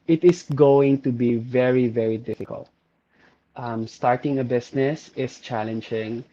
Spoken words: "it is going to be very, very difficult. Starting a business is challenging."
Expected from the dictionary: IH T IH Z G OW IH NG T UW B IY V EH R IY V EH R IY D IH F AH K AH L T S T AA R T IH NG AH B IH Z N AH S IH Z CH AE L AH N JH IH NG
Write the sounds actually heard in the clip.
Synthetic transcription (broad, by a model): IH T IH S G OW IH NG T UW B IY V EH R IY V EH R IY D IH F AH K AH L T S T AA R T IH NG AH B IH S N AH S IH S CH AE L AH N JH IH NG